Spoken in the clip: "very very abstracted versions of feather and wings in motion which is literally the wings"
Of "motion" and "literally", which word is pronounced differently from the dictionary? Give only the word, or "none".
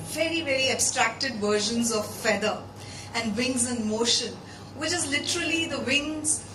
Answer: none